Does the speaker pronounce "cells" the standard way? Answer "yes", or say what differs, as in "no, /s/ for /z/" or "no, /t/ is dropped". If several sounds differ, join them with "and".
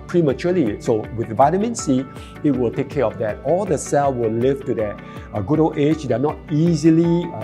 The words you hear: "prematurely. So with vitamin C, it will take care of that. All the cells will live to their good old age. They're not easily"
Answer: no, /z/ is dropped